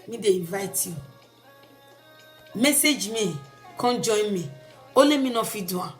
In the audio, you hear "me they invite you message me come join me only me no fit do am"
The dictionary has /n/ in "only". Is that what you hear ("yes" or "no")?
no